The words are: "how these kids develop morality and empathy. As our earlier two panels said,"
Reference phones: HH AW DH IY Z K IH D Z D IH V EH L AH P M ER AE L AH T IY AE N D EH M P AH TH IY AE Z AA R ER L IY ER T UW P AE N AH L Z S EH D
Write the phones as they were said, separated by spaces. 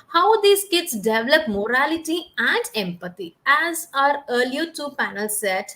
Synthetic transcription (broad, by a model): HH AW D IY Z K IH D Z D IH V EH L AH P M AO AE L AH T IY AE N D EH M P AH T IY AE Z AA R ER L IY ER T UW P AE N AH L S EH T